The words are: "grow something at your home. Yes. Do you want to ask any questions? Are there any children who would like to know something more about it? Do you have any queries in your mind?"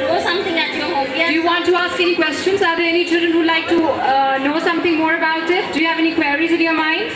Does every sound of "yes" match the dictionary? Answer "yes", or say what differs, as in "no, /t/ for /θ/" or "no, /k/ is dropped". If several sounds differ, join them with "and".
no, /s/ is dropped